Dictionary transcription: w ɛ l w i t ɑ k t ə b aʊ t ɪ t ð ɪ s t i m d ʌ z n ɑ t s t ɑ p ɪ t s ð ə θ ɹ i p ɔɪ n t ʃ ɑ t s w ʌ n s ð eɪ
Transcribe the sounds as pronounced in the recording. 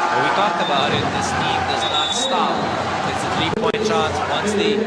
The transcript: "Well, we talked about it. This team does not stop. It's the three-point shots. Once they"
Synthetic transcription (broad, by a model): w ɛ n w i t ɑ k ə b aʊ t ɪ t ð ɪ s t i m d ʌ z n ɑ t s t ɑ p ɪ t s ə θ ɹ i p ɔɪ n t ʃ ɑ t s w ʌ n s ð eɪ